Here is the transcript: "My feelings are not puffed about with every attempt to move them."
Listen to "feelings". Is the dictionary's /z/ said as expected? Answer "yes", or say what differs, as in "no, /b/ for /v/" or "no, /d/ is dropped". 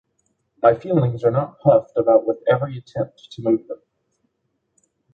yes